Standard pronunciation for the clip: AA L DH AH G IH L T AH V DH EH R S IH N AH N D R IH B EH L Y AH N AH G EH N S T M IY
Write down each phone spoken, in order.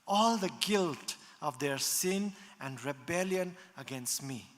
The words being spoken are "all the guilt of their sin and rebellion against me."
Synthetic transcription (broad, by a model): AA L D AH G IH L T AH V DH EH R S IH N AH N D R IH B EH L Y AH N AH G EH N S T M IY